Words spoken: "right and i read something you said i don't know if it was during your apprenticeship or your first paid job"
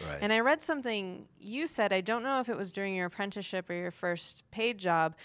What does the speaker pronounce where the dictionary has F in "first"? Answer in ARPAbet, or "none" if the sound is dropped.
F